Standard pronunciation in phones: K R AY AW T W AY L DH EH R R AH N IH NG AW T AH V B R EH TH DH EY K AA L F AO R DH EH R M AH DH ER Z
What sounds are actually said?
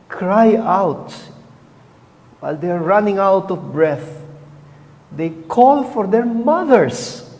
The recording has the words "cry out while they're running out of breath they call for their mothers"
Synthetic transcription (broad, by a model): K R AY AW T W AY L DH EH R R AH N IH NG AW T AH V B R EH TH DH EY K AA L F AO R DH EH R M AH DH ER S